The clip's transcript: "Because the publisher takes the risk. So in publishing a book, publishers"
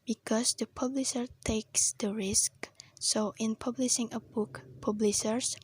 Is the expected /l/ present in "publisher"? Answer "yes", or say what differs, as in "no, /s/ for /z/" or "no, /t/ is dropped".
yes